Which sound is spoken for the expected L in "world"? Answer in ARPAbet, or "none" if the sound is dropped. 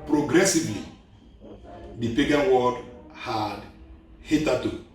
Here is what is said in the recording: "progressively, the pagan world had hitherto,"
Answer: none